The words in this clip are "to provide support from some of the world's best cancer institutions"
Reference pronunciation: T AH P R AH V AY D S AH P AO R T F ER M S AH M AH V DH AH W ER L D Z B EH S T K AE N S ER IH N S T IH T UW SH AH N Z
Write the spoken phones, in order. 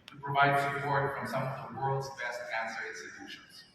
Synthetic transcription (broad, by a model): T P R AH V AY D S AH P AO R T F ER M S AH M AH V DH AH W ER L D Z B EH S T K AE N S ER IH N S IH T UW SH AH N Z